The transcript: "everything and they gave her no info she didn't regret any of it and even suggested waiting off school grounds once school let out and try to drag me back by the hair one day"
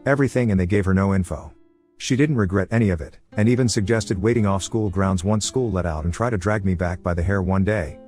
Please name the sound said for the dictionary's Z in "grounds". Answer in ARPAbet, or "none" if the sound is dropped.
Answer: Z